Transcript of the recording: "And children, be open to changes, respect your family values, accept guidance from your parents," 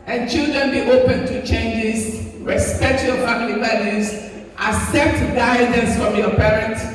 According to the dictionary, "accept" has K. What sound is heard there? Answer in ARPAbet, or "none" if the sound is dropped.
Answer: none